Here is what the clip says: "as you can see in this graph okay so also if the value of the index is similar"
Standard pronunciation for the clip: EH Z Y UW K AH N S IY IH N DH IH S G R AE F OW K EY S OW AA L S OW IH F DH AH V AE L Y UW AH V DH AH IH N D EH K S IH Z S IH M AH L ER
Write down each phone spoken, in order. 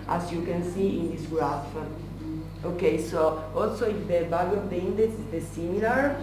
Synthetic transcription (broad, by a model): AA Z Y UW K AH N S IY IH N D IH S G R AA F OW K EY S OW AA L S OW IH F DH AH B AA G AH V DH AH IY N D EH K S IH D S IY M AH L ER